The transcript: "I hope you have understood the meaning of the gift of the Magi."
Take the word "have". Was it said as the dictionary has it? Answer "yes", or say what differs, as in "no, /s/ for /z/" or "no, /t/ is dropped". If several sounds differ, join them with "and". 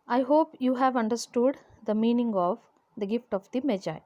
yes